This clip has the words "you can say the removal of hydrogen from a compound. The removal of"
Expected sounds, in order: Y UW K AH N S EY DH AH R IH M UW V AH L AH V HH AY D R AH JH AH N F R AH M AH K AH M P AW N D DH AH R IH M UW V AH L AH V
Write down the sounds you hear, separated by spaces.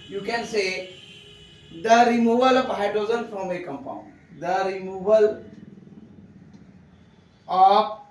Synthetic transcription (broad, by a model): Y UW K AH N S EY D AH R IH M UW V AH L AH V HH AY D AH Z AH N F R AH M AH K AH M P AW N D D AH R IH M UW V AH L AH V